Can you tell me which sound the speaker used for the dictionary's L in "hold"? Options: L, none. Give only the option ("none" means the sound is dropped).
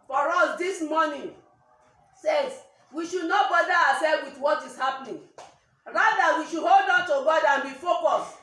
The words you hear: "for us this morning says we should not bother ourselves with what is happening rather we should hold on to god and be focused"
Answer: L